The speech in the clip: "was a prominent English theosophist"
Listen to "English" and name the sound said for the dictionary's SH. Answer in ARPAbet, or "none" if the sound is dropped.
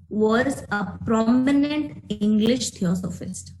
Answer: SH